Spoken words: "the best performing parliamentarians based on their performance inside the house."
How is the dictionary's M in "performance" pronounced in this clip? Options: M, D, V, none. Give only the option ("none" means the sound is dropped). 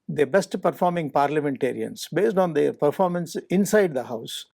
M